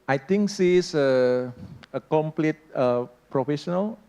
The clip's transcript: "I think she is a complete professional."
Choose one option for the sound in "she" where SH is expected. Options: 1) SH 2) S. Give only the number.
2